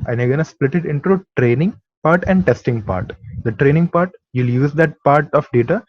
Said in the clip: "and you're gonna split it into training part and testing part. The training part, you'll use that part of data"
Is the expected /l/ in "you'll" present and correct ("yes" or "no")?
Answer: yes